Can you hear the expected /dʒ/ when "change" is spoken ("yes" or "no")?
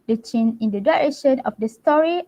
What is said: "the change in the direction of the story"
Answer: no